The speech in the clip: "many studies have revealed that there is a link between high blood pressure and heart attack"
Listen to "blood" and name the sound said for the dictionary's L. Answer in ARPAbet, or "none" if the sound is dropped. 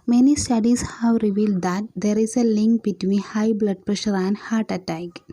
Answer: L